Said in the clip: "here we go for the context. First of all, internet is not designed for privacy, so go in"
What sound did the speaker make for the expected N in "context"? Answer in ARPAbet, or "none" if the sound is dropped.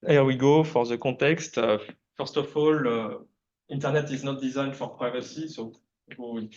none